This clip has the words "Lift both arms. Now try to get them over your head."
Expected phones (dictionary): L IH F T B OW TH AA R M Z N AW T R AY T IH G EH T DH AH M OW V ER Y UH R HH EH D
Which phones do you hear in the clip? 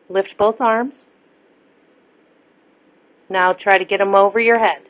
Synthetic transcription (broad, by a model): L IH F T B OW TH AA R M Z N AW T R AY T IH G EH T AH M OW V ER Y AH R HH EH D